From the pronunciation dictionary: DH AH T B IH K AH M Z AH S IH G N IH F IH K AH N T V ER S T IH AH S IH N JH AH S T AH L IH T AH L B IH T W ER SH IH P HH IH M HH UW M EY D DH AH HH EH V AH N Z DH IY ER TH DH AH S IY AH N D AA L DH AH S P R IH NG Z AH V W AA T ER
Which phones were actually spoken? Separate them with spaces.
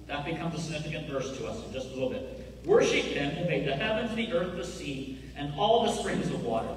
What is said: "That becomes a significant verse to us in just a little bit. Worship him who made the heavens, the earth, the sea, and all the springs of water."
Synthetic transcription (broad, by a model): DH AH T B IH K AH M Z AH S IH G N IH F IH K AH N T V ER S T IH AH S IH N JH AH S T AH L IH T L B IH T W ER SH IH P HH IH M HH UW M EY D DH AH HH EH V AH N Z DH IY ER TH DH AH S IY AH N AA L DH AH S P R IH NG Z AH V W AA T ER